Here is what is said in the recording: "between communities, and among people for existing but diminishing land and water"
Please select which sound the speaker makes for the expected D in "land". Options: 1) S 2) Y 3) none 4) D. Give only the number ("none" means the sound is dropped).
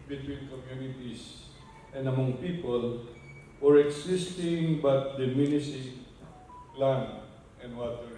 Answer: 3